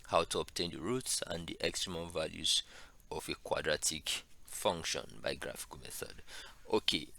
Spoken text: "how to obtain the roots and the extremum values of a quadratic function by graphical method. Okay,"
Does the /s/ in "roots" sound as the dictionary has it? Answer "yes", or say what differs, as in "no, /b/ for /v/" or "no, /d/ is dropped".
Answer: yes